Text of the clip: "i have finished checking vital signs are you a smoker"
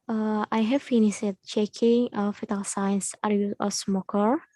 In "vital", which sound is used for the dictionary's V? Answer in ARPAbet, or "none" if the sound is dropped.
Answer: F